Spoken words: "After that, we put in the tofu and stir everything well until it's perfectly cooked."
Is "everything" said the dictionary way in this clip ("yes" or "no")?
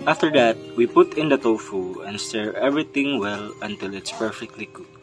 no